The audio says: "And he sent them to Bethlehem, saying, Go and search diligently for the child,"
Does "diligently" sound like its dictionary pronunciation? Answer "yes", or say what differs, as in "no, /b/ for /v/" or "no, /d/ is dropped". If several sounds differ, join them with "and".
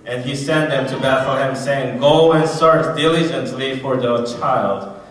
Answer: yes